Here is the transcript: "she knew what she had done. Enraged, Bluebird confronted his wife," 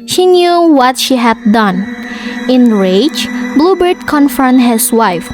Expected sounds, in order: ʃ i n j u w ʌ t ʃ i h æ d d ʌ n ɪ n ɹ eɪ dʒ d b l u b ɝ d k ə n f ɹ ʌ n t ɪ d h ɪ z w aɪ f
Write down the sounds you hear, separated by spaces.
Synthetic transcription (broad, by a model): ʃ i n j u w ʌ t ʃ i h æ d d ʌ n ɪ n ɹ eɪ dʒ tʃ b l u b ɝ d k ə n f ʌ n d h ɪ s w aɪ f